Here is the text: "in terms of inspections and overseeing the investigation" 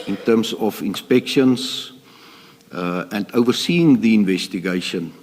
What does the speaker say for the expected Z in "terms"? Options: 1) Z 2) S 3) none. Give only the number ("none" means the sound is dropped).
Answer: 2